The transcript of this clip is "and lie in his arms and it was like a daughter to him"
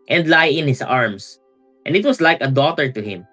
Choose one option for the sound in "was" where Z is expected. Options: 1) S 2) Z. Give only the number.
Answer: 1